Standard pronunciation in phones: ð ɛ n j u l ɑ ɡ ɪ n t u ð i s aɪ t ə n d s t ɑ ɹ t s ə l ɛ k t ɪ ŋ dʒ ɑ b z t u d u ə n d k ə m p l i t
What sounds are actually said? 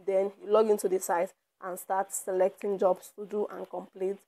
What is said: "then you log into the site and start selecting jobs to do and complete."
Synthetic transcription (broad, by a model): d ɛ n j u l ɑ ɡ ɪ n t u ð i s aɪ t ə n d s t ɑ t s ə l ɛ k t ɪ ŋ dʒ ɑ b s t u d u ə n k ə m p l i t